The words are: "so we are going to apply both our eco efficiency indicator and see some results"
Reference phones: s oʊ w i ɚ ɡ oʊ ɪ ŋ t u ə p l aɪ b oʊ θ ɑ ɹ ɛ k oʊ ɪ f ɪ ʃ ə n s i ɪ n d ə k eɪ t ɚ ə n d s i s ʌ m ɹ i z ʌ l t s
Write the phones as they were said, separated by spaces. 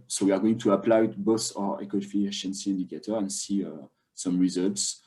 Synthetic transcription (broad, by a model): s oʊ w i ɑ ɡ oʊ ɪ ŋ t u ə p l aɪ b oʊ s ɑ ɹ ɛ k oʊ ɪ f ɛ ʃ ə n s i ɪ n d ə k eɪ t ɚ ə n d s i s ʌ m ɹ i z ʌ l t s